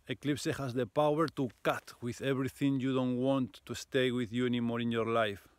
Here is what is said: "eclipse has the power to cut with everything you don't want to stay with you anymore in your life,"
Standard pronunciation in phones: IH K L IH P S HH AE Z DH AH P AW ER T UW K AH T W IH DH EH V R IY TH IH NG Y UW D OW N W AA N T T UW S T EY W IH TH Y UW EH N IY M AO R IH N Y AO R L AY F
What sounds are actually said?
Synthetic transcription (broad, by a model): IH K L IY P S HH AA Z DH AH P AW ER T UW K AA T W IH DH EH B R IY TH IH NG Y UW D OW N W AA N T T UW S T EY W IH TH Y UW EH N IY M AO R IH N Y AO R L AY F